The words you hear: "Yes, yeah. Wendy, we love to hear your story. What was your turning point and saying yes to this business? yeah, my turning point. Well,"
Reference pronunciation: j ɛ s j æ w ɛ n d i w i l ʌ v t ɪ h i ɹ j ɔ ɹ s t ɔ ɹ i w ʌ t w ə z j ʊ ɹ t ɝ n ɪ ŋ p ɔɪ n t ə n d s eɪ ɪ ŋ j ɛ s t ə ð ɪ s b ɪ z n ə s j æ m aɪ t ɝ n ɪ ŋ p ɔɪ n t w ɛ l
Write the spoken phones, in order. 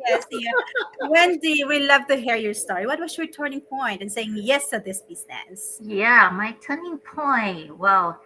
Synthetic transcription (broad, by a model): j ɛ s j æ w ɛ n d i w i l ʌ v t ɪ h i ɹ j ɔ ɹ s t ɔ ɹ i w ʌ t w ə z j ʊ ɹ t ɝ n ɪ ŋ p ɔɪ n t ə n s eɪ ɪ ŋ j ɛ s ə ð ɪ s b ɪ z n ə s j æ m aɪ t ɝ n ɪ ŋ p ɔɪ n t w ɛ l